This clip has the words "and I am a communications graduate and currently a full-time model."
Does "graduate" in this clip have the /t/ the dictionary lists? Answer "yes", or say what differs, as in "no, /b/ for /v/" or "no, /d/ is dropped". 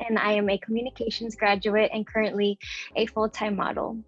yes